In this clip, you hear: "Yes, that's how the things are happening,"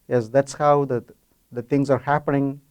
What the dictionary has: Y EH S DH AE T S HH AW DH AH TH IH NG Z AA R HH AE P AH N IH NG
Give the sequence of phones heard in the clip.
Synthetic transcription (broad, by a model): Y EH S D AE T S HH AW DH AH T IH NG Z AA R HH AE P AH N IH NG